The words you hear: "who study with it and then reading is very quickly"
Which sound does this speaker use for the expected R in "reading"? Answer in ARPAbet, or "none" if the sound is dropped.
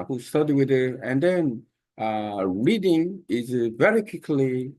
R